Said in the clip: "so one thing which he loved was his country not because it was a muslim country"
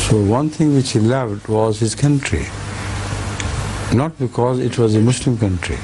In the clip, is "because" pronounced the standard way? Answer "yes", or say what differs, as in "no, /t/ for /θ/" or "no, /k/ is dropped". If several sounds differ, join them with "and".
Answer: yes